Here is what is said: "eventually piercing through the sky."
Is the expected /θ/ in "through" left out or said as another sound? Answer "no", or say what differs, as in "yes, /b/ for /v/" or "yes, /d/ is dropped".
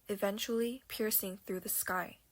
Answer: no